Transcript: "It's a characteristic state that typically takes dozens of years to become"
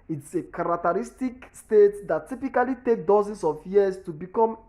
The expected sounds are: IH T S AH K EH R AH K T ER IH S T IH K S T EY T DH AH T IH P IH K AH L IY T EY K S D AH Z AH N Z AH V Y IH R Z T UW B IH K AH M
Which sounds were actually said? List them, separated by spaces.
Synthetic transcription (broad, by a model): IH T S AH K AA R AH K T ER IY S T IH K S T EY T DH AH T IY P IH K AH L IY T EY K D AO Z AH N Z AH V Y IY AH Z T UW B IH K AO M